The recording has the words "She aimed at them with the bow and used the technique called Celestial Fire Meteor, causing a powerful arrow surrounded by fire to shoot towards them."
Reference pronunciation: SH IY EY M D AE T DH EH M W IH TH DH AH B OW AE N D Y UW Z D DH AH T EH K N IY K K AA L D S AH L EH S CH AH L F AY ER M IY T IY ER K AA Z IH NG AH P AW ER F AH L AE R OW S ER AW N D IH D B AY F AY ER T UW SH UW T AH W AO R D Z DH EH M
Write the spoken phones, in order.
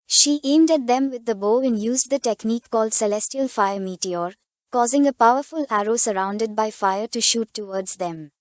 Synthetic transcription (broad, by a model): SH IY EY M D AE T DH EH M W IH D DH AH B OW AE N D Y UW Z D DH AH T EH K N IY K K AA L D S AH L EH S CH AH L F AY ER M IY T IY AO K AA Z IH NG AH P AW ER F AH L AE R OW S ER AW N D IH D B AY F AY ER T UW SH UW T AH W AO R D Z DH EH M